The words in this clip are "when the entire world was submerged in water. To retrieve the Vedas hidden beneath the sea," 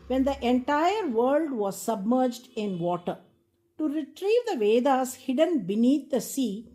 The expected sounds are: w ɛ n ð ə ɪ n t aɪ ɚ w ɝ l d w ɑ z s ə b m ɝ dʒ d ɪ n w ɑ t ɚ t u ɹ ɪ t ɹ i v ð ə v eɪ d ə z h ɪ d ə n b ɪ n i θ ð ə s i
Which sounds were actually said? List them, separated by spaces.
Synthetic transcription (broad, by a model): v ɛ n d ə ɪ n t aɪ ɚ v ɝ l d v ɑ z s ə b m ɝ dʒ d ɪ n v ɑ t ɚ t u ɹ ɪ t ɹ i v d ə v eɪ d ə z h ɪ d ə n b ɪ n i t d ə s i